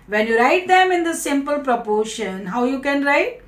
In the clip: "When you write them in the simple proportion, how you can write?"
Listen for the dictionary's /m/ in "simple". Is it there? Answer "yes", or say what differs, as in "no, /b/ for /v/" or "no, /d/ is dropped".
yes